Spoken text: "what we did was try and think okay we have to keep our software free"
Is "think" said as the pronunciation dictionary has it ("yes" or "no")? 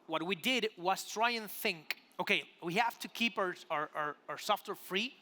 yes